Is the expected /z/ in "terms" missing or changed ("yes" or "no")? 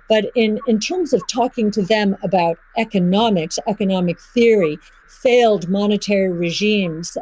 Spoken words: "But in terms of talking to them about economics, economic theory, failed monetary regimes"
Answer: no